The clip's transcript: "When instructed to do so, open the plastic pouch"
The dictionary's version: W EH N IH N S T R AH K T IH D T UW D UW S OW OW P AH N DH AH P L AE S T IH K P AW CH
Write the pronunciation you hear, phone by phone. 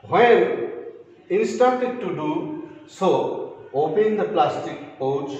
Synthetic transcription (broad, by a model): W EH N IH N S T AA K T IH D T UW D UW S OW OW P AH N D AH P L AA S T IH K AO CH